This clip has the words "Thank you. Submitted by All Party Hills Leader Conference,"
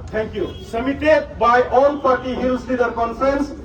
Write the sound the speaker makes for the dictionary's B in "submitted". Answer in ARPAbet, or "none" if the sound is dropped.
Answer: none